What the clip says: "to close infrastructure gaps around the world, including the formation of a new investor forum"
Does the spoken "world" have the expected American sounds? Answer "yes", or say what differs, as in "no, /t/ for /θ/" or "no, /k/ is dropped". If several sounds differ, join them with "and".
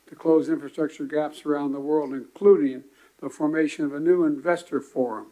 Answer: yes